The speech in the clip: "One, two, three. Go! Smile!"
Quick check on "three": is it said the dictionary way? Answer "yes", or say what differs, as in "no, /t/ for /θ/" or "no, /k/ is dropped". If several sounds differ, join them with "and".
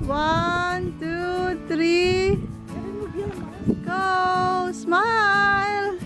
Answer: no, /t/ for /θ/